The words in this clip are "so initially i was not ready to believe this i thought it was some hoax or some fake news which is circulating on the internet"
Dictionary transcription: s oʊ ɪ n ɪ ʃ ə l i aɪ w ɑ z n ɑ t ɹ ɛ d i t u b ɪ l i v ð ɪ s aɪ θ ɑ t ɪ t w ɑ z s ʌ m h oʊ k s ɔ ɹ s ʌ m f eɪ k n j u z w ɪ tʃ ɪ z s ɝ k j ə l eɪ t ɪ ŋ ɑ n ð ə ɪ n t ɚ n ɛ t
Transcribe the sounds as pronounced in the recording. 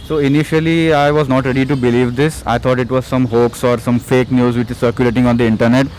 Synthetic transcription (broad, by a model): s oʊ ɪ n ɪ ʃ ə l i aɪ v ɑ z n ɑ t ɹ ɛ d i t u b ɪ l i v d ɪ s aɪ t ɑ t ɪ t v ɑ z s ʌ m h oʊ k s ɔ ɹ s ʌ m f eɪ k n j u z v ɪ tʃ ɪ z s ɝ k j ə l eɪ t ɪ ŋ ɑ n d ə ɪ n t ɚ n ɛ t